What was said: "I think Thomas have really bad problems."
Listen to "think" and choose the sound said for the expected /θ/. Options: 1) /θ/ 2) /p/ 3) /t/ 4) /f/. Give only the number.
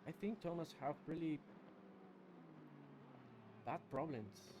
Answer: 1